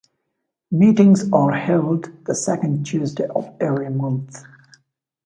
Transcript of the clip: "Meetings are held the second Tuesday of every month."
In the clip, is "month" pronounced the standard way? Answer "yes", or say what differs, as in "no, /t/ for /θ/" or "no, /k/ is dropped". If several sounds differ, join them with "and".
yes